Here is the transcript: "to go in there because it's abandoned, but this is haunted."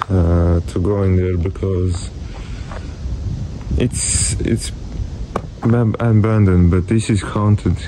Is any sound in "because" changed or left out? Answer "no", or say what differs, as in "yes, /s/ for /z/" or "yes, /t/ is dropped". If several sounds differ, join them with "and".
no